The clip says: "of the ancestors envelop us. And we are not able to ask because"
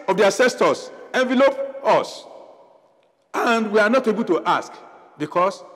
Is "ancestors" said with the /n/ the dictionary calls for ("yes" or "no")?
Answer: no